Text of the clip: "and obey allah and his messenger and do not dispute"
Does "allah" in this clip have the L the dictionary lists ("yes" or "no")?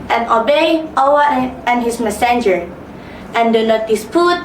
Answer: no